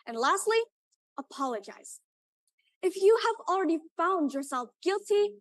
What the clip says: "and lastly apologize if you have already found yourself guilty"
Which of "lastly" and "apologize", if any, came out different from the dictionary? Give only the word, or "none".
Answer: none